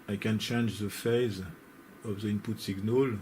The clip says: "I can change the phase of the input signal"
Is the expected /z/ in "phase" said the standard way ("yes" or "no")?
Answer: yes